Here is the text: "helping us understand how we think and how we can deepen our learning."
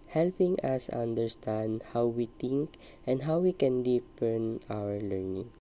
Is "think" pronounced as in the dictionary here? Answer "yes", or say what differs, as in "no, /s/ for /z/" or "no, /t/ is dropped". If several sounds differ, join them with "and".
no, /t/ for /θ/